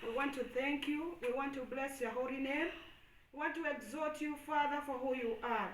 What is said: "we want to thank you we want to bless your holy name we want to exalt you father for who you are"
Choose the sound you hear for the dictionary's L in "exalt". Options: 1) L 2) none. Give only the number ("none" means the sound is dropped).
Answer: 2